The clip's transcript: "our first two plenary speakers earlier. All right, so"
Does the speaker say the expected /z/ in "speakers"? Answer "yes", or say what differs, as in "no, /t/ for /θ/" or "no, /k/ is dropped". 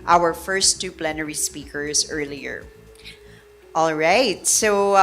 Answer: yes